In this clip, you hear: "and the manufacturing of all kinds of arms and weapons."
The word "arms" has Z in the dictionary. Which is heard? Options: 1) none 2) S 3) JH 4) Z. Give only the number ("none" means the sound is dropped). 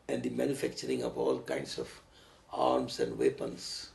2